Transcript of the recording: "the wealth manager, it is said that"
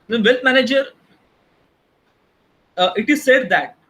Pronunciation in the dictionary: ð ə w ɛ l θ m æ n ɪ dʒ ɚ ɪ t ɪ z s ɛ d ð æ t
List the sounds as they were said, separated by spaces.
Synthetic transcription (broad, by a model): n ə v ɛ l t m æ n ɪ dʒ ɚ ɪ t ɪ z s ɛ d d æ t